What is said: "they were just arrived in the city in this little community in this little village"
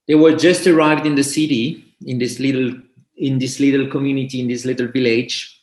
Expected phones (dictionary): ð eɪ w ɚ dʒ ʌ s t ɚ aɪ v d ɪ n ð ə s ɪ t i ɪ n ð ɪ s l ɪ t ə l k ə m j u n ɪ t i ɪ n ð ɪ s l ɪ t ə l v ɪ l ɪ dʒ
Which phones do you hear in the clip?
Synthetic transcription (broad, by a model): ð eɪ w ɚ dʒ ʌ s t ɚ aɪ v d ɪ n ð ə s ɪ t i ɪ n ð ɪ s l ɪ t ə l k ə m j u n ɪ t i ɪ n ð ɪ s l ɪ t ə l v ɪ l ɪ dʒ